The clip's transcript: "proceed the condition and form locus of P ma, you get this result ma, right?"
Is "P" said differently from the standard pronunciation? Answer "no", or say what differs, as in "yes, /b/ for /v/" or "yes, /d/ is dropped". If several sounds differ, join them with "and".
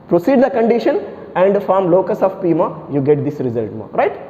no